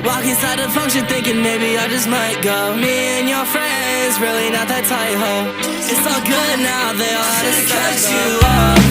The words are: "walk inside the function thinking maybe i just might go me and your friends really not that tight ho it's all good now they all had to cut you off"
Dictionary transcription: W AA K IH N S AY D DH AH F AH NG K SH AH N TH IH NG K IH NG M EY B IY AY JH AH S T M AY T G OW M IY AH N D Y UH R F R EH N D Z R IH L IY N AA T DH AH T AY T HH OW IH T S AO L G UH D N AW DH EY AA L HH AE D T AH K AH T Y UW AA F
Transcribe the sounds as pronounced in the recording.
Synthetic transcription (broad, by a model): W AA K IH S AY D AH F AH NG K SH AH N TH IH NG K IH NG M EY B IY AY JH AH S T M AY T G OW M IY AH N Y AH R F R EH N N Z R IH L IY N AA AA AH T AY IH HH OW IH T S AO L G UH D N AW DH EY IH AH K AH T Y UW